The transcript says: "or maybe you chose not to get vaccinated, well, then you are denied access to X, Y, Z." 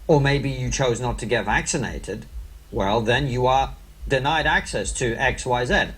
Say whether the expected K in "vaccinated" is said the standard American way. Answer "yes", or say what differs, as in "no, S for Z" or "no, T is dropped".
yes